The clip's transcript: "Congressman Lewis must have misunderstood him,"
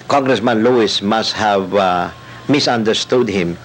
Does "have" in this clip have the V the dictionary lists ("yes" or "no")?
yes